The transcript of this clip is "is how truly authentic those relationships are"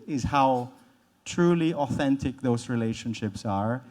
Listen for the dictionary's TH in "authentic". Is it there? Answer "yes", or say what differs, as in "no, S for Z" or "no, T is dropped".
yes